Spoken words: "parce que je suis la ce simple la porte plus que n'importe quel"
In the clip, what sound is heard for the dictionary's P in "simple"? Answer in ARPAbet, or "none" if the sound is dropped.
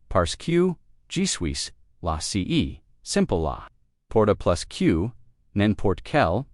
P